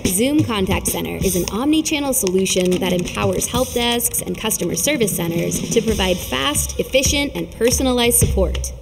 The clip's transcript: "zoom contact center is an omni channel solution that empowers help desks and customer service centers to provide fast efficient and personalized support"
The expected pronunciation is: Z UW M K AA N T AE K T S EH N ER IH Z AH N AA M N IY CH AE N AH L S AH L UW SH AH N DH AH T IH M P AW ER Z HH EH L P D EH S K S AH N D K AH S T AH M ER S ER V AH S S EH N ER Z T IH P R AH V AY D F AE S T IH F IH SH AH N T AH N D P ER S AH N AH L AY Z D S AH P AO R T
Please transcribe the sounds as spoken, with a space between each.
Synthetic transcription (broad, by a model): Z UW M K AA N T AE K T S EH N ER IH Z AH N AA M N IY CH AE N L S AH L UW SH AH N DH AH T IH M P AW ER Z HH EH L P D EH S K S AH N K AH S T AH M ER S ER V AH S S EH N ER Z T IH P R AH V AY D F AE S T IH F IH SH AH N T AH N P ER S AH N AH L AY Z D S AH P AO R T